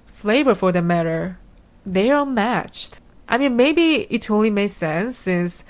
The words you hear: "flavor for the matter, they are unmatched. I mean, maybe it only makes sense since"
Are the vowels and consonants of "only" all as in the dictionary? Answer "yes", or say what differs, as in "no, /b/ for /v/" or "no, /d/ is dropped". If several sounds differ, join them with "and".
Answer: yes